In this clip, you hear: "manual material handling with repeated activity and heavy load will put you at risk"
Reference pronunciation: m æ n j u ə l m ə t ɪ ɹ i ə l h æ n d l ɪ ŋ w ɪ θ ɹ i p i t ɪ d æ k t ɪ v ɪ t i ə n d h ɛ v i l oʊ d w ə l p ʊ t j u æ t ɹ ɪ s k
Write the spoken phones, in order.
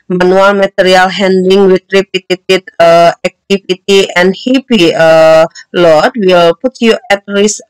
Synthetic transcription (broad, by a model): m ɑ n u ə l m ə t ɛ ɹ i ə l h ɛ n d ɪ ŋ w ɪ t ɹ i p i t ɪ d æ k t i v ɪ t i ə n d h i p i l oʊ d w ə l p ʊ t j u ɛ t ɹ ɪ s